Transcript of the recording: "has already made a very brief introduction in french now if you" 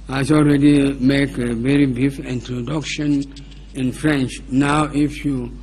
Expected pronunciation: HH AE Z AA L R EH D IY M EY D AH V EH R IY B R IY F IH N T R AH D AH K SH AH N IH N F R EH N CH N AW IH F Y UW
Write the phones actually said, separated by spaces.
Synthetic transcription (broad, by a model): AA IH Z AA L R EH D IY M EY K AH V EH R IY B IY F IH N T R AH D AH K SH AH N IH N F R EH N CH N AW IH F Y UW